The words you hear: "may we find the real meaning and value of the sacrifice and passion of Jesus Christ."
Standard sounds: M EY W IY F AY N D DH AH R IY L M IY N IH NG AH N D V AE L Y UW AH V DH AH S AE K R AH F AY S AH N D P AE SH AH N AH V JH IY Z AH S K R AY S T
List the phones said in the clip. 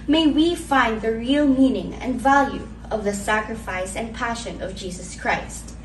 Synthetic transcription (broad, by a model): M EY W IY F AY N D DH AH R IY L M IY N IH NG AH N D V AE L Y UW AH V DH AH S AE K R AH F AY S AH N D P AE SH AH N AH V JH IY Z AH S K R AY S T